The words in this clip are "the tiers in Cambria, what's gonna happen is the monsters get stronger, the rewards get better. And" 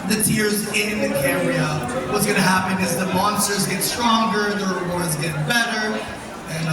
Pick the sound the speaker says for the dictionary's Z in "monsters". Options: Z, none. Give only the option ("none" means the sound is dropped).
Z